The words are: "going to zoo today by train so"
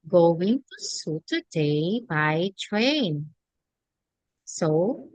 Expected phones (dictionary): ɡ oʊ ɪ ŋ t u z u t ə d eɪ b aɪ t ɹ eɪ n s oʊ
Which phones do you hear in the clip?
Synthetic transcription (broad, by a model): ɡ oʊ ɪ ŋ t u s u t ə d eɪ b aɪ t ɹ eɪ n s oʊ